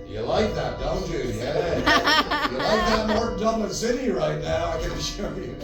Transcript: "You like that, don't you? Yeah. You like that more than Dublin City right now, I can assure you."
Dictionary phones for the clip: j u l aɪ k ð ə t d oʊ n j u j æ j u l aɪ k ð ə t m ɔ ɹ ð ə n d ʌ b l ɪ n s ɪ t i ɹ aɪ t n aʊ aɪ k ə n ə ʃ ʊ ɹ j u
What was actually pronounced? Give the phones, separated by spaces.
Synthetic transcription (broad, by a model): j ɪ l aɪ k ð ə t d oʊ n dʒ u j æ j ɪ l aɪ k ð ə t m ɔ ɹ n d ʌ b ɪ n s ɪ t i ɹ aɪ t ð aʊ aɪ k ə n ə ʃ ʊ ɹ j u